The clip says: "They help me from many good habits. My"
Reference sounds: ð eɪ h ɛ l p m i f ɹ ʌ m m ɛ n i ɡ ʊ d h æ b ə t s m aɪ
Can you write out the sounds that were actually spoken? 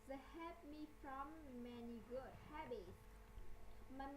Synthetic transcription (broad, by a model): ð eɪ h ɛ p m i f ɹ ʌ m m ɛ n i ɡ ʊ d h æ b ə t s m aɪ